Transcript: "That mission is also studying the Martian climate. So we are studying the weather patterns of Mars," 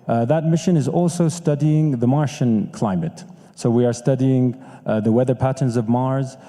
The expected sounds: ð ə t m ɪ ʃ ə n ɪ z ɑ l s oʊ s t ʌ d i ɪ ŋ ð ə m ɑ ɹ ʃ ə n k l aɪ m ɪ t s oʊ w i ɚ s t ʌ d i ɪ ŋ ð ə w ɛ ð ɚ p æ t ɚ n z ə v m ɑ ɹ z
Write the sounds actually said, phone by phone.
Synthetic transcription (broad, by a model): ð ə t m ɪ ʃ ə n ɪ z ɑ l s oʊ s t ʌ d i ɪ ŋ ð ə m ɑ ɹ ʃ ə n k l aɪ m ɪ t s oʊ w i ɚ s t ʌ d i ɪ ŋ ð ə w ɛ ð ɚ p æ t ɚ n z ə v m ɑ ɹ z